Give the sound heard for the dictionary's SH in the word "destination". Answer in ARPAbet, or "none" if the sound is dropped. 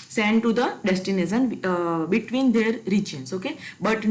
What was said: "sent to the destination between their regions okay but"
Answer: S